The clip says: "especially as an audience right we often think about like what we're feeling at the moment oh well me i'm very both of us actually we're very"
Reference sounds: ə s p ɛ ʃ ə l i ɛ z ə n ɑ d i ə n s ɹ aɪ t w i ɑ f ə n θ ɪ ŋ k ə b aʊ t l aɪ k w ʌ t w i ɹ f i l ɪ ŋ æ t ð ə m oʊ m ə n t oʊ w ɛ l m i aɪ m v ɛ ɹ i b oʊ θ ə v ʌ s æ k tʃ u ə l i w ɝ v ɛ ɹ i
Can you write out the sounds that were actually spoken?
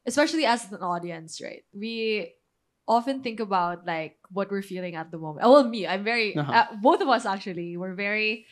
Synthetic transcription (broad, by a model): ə s p ɛ ʃ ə l i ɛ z ə n ɑ d i ə n s ɹ aɪ t w i ɑ f ə n θ ɪ ŋ k ə b aʊ t l aɪ k w ʌ t w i ɹ f i l ɪ ŋ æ t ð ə m oʊ m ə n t oʊ w ɛ l m i aɪ m v ɛ ɹ i b oʊ θ ə v ʌ s æ k tʃ u ə l i w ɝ v ɛ ɹ i